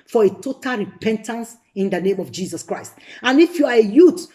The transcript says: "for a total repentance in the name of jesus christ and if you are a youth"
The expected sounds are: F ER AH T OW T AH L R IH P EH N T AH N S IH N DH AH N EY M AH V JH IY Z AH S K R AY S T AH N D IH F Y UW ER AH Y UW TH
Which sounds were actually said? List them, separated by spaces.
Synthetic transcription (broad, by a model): F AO AH T OW T AH L R IH P EH N T AH N S IH N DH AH N EY M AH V JH IY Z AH S K R AY S T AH N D IH F Y UW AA AH Y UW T